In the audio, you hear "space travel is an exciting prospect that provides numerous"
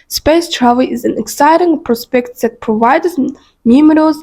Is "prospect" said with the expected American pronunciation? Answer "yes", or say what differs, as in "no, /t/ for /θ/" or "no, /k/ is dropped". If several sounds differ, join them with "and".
yes